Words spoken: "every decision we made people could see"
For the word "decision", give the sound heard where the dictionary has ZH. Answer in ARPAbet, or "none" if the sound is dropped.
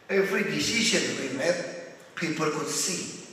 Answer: SH